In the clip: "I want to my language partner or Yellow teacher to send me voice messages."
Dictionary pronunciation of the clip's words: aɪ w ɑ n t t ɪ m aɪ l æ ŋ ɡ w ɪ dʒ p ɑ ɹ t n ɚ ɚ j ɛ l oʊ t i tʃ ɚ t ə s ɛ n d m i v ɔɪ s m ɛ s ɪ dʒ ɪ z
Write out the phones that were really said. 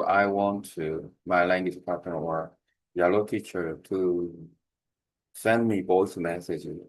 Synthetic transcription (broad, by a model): aɪ w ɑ n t t ɪ m aɪ l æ ŋ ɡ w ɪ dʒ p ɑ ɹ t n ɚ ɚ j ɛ l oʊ t i tʃ ɚ t ə s ɛ n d m i b ɔɪ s m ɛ s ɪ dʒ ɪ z